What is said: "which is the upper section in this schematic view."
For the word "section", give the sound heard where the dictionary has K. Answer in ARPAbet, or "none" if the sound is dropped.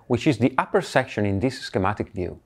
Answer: K